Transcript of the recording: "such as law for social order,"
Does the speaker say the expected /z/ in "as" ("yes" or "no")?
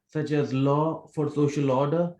yes